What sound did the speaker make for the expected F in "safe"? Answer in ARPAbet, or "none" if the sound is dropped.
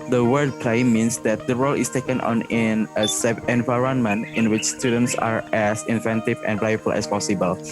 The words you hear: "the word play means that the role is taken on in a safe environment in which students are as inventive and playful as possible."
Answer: none